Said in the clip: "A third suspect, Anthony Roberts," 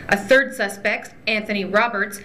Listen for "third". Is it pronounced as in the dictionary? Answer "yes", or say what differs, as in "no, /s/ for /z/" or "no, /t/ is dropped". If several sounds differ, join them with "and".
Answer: yes